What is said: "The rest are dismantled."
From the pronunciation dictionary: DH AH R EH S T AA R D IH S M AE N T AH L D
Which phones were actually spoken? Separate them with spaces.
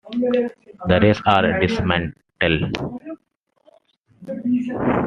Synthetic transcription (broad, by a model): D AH R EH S AA R D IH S M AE N T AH L